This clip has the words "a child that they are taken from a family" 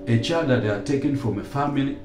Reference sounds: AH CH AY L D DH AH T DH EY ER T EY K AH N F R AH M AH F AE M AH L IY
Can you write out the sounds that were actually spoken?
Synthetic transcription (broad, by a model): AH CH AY D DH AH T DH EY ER T EY K AH N F R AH M AH F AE M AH L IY